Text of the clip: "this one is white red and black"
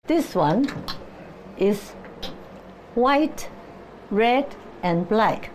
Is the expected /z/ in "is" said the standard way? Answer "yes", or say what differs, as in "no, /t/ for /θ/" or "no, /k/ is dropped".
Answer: no, /s/ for /z/